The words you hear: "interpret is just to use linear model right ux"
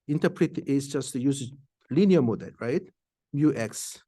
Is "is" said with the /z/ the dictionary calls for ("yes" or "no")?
no